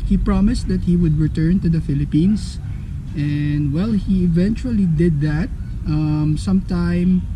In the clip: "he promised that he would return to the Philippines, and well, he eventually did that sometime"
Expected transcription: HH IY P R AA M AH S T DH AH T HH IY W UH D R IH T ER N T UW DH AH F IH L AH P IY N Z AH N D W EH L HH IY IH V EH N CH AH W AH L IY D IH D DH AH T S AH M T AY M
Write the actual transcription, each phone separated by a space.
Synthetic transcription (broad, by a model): HH IY P R AA M AH S T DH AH T HH IY W UH D R IH T ER N T UW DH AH F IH L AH P IY N S AH N D W EH L HH IY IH V EH N CH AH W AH L IY D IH D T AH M S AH M T AY M